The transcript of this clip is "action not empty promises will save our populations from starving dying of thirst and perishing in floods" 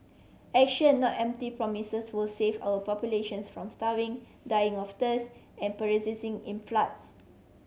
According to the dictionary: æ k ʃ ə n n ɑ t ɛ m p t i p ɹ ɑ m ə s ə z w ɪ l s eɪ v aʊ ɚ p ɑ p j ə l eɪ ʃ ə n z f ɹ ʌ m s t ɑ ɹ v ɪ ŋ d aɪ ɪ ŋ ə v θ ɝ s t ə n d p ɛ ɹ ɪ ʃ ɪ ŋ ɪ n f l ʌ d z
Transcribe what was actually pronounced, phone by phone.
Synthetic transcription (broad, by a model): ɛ k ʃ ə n n ɑ t ɛ m p t i p ɹ ɑ m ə s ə s w ɪ l s eɪ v aʊ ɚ p ɑ p j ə l eɪ ʃ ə n s f ɹ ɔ m s t ɑ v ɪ ŋ d aɪ ɪ ŋ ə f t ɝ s ə n p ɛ ɹ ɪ s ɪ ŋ ɪ n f l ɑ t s